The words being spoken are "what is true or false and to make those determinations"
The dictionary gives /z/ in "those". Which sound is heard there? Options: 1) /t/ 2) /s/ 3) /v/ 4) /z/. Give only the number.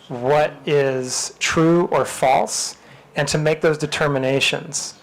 4